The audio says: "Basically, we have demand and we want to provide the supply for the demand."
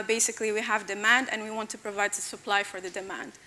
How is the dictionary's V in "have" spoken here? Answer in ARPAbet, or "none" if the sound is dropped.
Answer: V